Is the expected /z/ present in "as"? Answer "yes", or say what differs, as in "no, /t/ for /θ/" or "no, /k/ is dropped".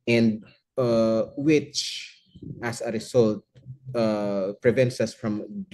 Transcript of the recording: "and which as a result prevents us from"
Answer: no, /s/ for /z/